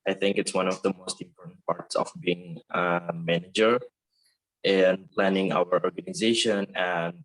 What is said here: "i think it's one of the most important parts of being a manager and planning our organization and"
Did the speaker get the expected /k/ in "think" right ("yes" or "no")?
yes